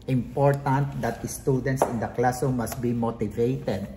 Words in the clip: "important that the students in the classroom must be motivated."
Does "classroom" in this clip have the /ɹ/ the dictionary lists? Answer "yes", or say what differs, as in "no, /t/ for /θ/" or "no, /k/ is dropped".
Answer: no, /ɹ/ is dropped